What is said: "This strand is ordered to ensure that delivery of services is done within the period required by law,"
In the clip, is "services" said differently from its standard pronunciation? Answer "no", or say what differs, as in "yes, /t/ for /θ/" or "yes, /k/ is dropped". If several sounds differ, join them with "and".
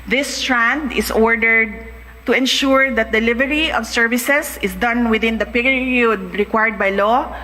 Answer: yes, /s/ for /z/